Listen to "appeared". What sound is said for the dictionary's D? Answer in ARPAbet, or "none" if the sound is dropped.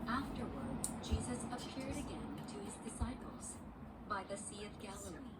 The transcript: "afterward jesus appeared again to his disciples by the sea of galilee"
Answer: D